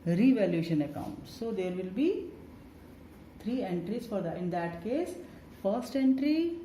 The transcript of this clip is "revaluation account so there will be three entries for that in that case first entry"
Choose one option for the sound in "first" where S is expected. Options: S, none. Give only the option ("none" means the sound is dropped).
S